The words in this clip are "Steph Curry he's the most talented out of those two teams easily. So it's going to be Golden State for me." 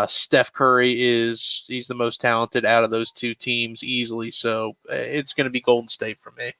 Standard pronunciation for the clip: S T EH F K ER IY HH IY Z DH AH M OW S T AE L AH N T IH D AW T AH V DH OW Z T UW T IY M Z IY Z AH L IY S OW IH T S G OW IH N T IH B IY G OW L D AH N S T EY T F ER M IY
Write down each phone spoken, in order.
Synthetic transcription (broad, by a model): S T EH F K ER IY HH IY Z DH AH M OW S T AE L AH N T IH D AW T AH V DH OW Z T UW T IY M Z IY Z L IY S OW IH T S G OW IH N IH B IY G OW L D N S T EY T F ER M IY